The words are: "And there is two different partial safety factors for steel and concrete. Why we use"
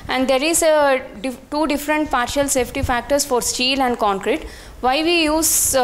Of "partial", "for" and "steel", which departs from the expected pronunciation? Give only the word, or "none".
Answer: none